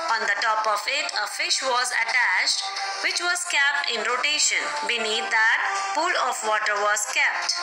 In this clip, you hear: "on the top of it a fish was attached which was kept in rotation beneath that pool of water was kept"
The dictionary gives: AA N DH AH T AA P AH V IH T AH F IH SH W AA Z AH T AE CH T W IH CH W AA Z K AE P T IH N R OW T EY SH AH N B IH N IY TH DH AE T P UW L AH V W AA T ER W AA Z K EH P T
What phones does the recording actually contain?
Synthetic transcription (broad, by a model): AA N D AH T AA P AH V IH T AH F IH SH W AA Z AH T AE CH T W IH CH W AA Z K AE P T IH N R OW T EY SH AH N B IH N IY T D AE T P UW L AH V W AA T ER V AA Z K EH P T